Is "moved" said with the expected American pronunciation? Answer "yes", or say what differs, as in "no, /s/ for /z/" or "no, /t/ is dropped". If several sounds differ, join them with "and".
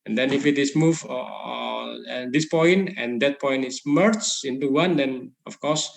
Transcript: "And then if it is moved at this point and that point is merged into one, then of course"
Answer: no, /d/ is dropped